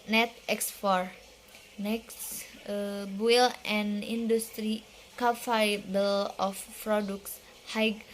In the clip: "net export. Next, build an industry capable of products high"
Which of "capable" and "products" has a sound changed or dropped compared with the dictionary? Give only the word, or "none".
capable